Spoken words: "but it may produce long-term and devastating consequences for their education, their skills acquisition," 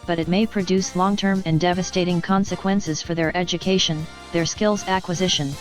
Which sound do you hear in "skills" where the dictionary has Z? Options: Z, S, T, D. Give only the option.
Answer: Z